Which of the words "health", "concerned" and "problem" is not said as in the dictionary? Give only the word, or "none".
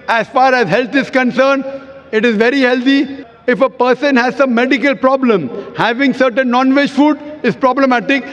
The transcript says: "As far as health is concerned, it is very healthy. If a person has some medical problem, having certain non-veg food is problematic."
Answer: health